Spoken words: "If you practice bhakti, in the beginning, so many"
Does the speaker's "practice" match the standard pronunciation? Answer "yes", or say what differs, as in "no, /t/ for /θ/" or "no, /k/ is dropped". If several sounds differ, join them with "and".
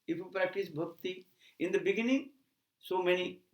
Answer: yes